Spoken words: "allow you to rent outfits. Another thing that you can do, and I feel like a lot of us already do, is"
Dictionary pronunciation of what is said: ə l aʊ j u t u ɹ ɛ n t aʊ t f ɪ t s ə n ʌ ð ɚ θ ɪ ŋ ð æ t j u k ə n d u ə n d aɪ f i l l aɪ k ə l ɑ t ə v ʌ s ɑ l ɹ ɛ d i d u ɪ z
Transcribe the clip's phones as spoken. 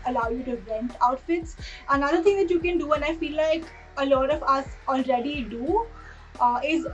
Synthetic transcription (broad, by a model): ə l aʊ j u t u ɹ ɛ n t aʊ t f ɪ t s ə n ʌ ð ɚ t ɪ ŋ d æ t j u k ə n d u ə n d aɪ f i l l aɪ k ə l ɑ t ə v ʌ s ɑ l ɹ ɛ d i d u ɪ z